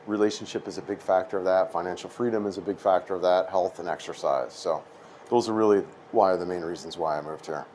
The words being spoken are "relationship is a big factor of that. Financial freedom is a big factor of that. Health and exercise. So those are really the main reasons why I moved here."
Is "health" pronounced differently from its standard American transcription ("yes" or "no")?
no